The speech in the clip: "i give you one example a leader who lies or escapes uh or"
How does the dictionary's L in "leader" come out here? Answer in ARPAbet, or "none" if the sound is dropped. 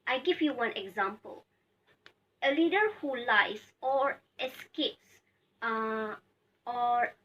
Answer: L